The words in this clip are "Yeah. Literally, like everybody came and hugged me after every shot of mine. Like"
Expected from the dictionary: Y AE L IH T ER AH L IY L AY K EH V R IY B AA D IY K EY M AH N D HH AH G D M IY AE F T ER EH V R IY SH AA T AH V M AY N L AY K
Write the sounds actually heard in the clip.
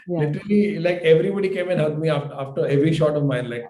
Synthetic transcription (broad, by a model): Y L IH T ER AH L IY L AY K EH V R IY B AA D IY K EY M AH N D HH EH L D M IY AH F T ER EH V R IY SH AA T AH V M AY N L AY K